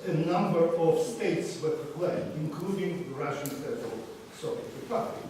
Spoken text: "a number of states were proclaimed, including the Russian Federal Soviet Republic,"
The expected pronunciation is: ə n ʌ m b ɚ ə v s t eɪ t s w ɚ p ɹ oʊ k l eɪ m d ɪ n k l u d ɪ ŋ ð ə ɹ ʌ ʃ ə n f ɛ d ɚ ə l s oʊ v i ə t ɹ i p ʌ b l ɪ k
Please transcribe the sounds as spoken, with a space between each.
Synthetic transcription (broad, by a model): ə n ʌ m b ɚ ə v s t eɪ t s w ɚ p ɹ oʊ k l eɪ d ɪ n k l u d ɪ ŋ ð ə ɹ ʌ ʃ ə n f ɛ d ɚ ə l s oʊ v i ə t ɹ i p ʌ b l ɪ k